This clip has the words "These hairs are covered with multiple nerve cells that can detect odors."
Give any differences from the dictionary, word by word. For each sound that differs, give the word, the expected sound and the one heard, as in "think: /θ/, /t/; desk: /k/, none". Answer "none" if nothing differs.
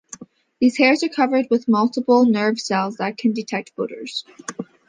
none